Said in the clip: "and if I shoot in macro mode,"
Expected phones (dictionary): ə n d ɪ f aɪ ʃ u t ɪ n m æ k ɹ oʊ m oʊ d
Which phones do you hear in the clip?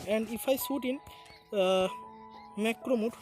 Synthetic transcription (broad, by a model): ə n d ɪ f aɪ s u t ɪ n m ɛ k ɹ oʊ m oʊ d